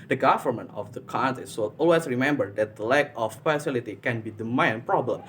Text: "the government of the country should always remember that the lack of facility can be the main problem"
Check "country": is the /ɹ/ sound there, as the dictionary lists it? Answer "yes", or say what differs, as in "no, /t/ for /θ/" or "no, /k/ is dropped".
no, /ɹ/ is dropped